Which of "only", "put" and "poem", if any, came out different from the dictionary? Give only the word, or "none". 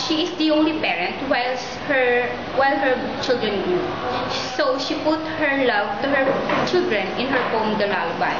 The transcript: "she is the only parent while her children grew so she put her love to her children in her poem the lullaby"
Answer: poem